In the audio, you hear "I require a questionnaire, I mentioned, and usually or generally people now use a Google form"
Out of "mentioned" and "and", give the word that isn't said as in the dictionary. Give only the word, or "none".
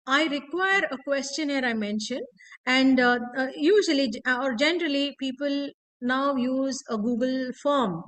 none